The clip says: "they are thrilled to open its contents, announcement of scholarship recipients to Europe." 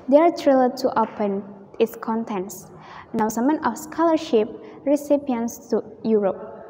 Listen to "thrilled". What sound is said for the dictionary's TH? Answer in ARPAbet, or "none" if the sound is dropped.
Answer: T